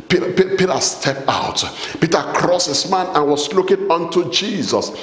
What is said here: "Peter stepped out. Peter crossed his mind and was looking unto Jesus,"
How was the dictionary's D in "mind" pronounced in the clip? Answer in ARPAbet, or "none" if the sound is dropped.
none